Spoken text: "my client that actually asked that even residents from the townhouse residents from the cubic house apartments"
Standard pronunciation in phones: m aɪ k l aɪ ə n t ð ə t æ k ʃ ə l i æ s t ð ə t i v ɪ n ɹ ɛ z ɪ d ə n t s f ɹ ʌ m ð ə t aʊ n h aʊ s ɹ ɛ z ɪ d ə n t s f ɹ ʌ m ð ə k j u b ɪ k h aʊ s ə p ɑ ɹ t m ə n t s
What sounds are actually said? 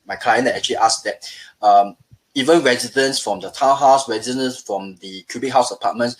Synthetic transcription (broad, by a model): m aɪ k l aɪ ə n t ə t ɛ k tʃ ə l i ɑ s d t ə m i v ɪ n ɹ ɛ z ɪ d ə n s f ɹ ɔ m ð ə t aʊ h aʊ s ɹ ɛ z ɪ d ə n s f ɹ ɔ m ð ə k j u b ɪ k h aʊ s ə p ɑ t m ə n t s